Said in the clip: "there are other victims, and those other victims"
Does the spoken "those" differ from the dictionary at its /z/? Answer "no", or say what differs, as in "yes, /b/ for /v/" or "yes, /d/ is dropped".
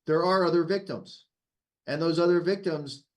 no